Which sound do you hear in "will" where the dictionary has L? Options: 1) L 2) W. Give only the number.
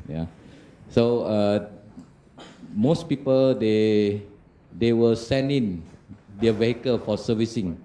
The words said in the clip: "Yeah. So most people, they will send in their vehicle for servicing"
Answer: 2